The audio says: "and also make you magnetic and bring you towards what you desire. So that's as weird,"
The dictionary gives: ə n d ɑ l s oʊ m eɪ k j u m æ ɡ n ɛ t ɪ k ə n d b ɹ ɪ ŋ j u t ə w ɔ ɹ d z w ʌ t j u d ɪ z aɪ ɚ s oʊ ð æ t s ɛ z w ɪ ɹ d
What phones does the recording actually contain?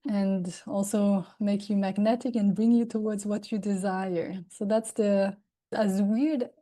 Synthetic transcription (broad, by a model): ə n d ɑ l s oʊ m eɪ k j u m æ ɡ n ɛ t ɪ k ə n b ɹ ɪ ŋ j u t ə w ɔ ɹ d z w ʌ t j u d ɪ z aɪ ɚ s oʊ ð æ t s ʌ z w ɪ ɹ d